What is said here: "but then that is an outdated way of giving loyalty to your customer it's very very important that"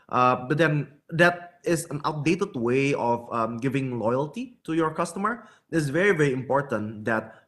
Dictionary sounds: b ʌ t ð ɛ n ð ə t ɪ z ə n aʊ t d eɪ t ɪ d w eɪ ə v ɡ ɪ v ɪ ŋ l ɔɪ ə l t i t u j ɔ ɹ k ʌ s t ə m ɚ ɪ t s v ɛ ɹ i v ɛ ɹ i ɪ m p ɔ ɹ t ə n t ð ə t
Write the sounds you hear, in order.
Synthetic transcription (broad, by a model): b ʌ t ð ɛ n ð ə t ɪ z ə n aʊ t d eɪ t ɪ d w eɪ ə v ɡ ɪ v ɪ ŋ l ɔɪ ə l t i t u j ɔ ɹ k ʌ s t ə m ɚ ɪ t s v ɛ ɹ i v ɛ ɹ i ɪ m p ɔ ɹ t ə n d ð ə t